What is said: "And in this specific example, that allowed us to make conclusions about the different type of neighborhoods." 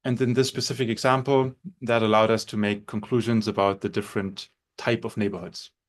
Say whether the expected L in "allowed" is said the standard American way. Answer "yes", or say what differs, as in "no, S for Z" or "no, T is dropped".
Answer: yes